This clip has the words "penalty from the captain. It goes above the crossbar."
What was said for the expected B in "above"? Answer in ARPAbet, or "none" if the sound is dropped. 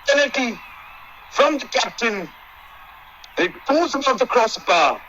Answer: none